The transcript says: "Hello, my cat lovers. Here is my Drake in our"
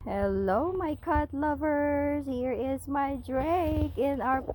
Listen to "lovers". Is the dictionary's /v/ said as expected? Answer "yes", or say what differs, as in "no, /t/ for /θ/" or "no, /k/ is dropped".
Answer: yes